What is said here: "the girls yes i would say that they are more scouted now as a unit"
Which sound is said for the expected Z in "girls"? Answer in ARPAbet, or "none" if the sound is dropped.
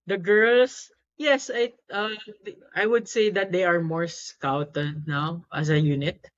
S